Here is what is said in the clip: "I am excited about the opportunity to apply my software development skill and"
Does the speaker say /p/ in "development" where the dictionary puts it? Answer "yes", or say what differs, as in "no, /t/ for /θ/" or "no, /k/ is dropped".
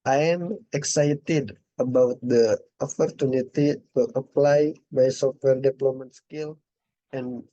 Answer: no, /p/ is dropped